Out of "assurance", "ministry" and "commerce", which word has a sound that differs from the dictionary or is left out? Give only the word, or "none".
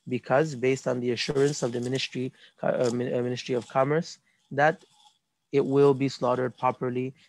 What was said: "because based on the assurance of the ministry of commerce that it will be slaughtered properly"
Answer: none